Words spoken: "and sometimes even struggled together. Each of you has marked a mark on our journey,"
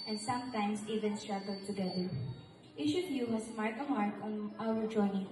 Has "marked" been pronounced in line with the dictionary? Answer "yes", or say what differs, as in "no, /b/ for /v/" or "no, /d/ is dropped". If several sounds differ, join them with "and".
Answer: no, /t/ is dropped